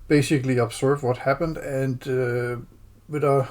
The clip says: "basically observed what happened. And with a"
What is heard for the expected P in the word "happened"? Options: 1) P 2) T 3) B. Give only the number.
1